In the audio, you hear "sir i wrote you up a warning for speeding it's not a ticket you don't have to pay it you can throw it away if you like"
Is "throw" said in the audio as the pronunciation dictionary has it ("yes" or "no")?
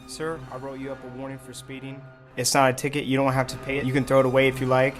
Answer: yes